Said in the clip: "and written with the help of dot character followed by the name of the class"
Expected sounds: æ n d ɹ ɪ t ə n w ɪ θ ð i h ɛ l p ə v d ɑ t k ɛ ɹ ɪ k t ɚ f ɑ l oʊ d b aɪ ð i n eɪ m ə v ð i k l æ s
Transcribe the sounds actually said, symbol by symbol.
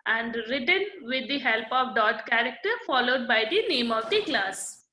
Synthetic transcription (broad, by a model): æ n d ɹ ɪ t ə n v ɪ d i h ɛ l p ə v d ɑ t k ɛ ɹ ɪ k t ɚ f ɑ l oʊ d b aɪ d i n eɪ m ə v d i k l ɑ s